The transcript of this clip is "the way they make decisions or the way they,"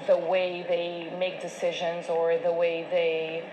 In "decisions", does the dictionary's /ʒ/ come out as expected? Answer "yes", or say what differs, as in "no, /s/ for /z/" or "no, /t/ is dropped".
yes